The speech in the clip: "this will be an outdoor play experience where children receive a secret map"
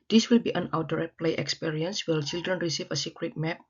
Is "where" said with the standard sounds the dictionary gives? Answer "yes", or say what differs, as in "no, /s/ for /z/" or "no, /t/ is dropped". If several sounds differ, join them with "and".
no, /l/ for /ɹ/